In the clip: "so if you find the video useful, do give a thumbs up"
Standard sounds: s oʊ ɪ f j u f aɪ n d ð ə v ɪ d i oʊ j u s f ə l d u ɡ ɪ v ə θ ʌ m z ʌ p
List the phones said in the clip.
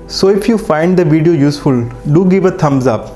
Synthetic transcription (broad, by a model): s oʊ ɪ f j u f aɪ n d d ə v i d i oʊ j u s f ə l d u ɡ ɪ v ə t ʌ m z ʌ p